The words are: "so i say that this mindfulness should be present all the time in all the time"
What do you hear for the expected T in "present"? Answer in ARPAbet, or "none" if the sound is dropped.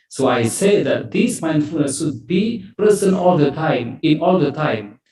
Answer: none